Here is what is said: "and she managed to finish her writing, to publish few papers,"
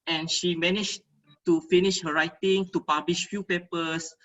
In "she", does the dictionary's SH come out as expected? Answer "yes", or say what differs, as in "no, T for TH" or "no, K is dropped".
yes